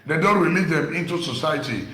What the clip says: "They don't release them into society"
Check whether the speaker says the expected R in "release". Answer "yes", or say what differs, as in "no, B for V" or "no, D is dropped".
no, W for R